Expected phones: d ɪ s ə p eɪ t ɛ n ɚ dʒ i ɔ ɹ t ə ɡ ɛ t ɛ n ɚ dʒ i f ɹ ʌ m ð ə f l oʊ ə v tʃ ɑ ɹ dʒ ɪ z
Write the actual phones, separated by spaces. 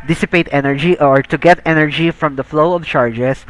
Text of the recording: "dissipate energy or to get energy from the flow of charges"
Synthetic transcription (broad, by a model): d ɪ s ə p eɪ t ɛ n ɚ dʒ i ɔ ɹ t ə ɡ ɛ t ɛ n ɚ dʒ i f ɹ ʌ m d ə f l oʊ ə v tʃ ɑ ɹ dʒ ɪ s